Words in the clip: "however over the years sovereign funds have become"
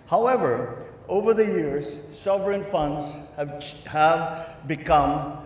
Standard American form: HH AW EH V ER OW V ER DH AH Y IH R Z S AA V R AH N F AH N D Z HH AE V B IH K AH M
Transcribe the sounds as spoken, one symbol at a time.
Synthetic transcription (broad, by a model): HH AW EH V ER OW V ER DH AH Y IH R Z S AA V R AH N F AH N D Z HH AE V B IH K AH M